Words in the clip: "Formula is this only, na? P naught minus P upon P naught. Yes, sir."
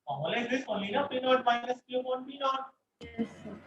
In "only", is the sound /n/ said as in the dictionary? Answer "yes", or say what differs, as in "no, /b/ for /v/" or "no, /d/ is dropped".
no, /n/ is dropped